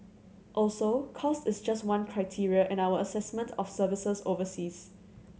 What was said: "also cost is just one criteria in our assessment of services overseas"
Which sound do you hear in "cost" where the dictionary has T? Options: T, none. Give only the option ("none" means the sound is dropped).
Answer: T